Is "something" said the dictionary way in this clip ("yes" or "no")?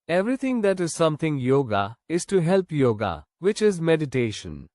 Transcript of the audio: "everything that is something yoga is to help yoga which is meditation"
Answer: no